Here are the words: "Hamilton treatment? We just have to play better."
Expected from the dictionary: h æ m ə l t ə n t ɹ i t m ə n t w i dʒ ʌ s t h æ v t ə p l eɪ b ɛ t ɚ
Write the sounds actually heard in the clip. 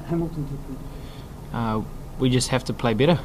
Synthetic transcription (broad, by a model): h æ m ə l t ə n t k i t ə w i dʒ ʌ s t h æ f t ə p l eɪ b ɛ t ɚ